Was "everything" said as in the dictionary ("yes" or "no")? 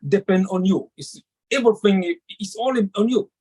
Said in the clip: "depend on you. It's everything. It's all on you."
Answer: no